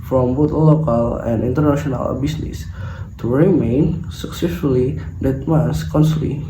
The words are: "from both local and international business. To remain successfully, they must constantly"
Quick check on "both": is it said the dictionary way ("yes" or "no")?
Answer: no